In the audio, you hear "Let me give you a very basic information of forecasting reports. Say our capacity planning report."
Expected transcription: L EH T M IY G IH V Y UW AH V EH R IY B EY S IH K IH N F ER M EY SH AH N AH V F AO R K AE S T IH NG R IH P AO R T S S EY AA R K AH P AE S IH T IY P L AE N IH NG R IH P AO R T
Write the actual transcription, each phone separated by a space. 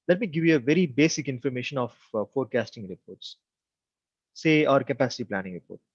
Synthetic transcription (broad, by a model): L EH T M IY G IH V Y UW AH V EH R IY B EY S IH K IH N F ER M EY SH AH N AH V F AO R K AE S T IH NG R IH P AO R T S S EY AA R K AH P AE S IH T IY P L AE N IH NG R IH P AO R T